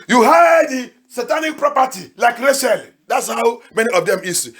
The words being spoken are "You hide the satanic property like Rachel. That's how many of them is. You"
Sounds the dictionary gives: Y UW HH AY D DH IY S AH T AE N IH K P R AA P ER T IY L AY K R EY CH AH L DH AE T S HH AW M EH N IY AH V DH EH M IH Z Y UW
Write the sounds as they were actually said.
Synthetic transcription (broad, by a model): Y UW HH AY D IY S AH T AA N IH K P R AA P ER T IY L AY K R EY SH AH L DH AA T S HH AW M EH N IY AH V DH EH M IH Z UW